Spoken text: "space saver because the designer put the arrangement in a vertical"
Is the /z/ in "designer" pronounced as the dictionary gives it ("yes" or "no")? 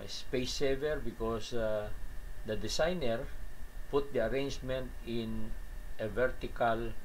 no